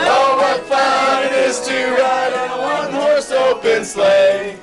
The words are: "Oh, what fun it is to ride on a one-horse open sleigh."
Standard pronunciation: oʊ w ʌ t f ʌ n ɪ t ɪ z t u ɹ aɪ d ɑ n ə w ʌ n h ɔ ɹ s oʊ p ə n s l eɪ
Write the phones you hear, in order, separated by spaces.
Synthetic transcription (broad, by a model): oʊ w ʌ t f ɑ ɪ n ɪ z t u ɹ aɪ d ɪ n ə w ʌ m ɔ ɹ s oʊ b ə n s l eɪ